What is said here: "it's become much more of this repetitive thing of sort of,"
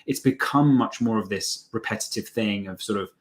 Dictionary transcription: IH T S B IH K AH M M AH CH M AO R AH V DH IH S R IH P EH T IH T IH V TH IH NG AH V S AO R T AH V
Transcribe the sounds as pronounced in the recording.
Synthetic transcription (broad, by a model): IH T S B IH K AH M M AH CH M AO R AH V DH IH S R IH P EH T IH T IH V TH IH NG AH V S AO R T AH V